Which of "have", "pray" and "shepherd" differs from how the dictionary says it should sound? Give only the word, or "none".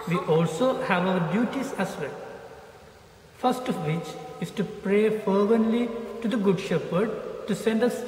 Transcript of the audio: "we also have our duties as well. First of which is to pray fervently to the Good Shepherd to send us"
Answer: none